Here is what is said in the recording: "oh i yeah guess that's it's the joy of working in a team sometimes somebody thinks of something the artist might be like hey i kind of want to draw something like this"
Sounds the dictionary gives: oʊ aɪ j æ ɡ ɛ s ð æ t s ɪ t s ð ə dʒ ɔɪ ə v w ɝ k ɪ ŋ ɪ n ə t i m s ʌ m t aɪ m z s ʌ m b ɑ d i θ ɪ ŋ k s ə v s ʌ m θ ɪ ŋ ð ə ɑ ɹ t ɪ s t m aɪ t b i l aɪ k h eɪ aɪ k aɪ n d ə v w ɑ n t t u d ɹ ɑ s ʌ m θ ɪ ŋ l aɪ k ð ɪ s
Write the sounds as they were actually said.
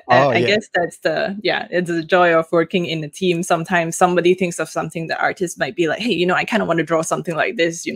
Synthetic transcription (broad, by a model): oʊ aɪ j ɡ ɛ s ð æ t s ɪ t s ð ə dʒ ɔɪ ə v w ɝ k ɪ ŋ ɪ n ə t i m s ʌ m t aɪ m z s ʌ m b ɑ d i θ ɪ ŋ k s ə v s ʌ m θ ɪ ŋ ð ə ɑ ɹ t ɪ s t m aɪ t b i l aɪ k h eɪ aɪ k aɪ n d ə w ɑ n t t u d ɹ ɑ s ʌ m θ ɪ ŋ l aɪ k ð ɪ s